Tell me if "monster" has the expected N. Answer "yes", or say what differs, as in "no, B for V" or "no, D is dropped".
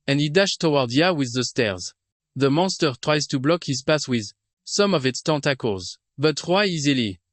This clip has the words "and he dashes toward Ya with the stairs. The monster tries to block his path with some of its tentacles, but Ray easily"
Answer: yes